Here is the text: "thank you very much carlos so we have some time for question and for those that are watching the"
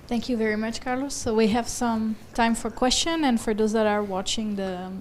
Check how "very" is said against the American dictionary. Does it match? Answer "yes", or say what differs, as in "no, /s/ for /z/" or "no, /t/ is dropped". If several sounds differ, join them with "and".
yes